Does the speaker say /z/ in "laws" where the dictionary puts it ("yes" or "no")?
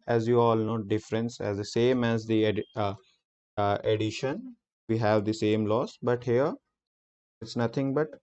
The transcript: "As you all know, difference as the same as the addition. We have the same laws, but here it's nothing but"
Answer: no